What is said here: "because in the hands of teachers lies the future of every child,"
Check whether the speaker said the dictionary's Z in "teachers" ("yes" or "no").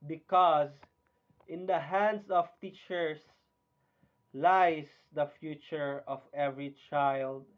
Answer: no